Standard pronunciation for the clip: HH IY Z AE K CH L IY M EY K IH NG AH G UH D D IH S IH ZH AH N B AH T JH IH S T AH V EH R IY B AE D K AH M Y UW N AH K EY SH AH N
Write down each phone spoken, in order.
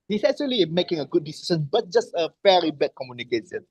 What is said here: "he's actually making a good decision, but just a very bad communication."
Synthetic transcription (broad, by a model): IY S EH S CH L IY M EY K IH NG AH G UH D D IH S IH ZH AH N B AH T JH IH S T AH F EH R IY B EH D K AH M Y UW N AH K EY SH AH N